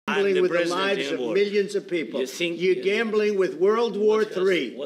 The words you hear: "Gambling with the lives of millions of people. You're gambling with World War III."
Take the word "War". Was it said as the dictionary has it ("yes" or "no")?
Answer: yes